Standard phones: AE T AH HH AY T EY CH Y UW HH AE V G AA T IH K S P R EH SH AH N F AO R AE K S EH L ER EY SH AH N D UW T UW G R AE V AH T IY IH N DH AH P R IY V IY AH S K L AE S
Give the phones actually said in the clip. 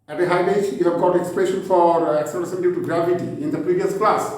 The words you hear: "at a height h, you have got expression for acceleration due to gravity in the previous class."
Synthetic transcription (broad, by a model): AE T AH HH AY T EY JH Y UW HH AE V G AA T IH K S P EH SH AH N F AO R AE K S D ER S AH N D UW T UW G R AE V AH T IY IH N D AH P R IY V IY AH S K L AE S